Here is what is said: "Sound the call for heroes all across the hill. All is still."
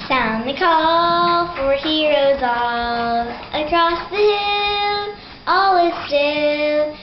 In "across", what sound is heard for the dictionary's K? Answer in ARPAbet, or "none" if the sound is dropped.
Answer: K